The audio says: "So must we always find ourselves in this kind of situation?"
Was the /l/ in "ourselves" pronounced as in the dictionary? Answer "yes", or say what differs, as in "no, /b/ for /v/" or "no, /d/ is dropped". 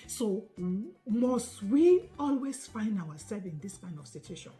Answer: no, /l/ is dropped